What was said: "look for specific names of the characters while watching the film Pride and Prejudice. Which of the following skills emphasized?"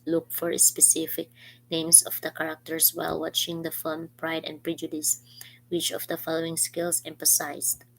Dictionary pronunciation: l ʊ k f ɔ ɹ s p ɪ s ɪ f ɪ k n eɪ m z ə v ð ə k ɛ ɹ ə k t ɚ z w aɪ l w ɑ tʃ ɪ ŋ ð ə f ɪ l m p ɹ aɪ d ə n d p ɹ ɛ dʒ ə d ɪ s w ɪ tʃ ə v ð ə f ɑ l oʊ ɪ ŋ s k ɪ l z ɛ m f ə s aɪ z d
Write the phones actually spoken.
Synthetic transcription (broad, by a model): l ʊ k f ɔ ɹ s p ɪ s ɪ f ɪ k n eɪ m s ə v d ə k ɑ ɹ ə k t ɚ s w aɪ l w ɑ tʃ ɪ ŋ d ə f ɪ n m p ɹ aɪ d ə n d p ɹ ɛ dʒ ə d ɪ s w ɪ tʃ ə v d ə f ɑ l oʊ ɪ ŋ s k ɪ l s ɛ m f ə s aɪ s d